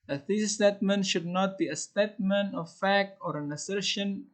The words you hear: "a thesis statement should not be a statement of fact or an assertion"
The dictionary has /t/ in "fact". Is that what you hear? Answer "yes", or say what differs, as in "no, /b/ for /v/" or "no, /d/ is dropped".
yes